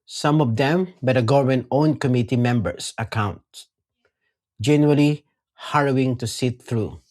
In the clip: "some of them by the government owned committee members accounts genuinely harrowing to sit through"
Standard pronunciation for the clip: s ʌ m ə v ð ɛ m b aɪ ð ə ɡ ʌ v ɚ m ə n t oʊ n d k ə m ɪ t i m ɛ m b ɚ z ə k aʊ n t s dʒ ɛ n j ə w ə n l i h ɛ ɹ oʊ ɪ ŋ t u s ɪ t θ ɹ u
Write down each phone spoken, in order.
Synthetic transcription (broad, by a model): s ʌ m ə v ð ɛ m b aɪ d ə ɡ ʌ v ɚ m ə n oʊ n k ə m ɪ t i m ɛ m b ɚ s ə k aʊ n t dʒ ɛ n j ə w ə l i h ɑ ɹ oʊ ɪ ŋ t u s ɪ t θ ɹ u